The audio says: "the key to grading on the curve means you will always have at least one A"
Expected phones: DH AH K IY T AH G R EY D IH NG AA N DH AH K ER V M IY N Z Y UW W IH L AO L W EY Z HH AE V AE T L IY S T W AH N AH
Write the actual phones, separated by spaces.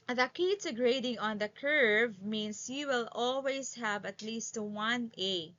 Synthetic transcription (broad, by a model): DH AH K IY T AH G R EY D IH NG AA N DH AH K ER V M IY N S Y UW W IH L AO L W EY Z HH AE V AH T L IY S T W AH N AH